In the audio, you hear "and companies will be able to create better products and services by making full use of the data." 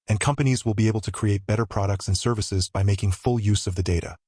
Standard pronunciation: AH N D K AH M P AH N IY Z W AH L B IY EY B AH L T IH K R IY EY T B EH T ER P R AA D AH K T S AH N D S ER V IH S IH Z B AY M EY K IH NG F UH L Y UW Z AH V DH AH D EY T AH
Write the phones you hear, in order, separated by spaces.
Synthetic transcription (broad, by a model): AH N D K AH M P AH N IY Z W AH L B IY EY B L T IH K R IY EY T B EH T ER P R AA D AH K T S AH N S ER V IH S IH Z B AY M EY K IH NG F UH L Y UW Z AH V DH AH D EY T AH